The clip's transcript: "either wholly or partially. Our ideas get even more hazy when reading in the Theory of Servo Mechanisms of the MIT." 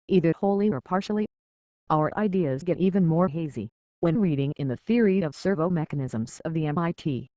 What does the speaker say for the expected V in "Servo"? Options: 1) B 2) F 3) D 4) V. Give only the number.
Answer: 4